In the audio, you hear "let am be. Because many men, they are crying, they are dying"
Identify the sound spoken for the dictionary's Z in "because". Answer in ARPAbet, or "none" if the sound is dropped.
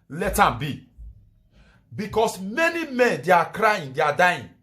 S